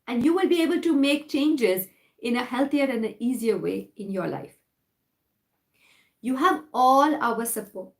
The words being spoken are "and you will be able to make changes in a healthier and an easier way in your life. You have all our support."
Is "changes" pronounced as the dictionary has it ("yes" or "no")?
yes